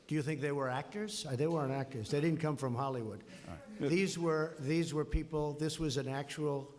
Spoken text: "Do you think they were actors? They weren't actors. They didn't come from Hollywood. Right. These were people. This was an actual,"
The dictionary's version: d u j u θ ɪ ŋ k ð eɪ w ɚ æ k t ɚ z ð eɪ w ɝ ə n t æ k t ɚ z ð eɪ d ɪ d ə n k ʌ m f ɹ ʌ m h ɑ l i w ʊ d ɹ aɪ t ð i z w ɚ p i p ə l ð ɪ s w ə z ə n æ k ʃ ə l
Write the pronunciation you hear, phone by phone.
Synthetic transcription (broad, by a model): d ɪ j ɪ θ ɪ ŋ k ð eɪ w ɚ æ k t ɚ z ð eɪ w ɝ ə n æ k t ɚ z ð eɪ d ɪ d n k ʌ m f ɹ ʌ m h ɑ l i w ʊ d w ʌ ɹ ð i z w ɚ p i p l ð ɪ s w ə z ə n æ k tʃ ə l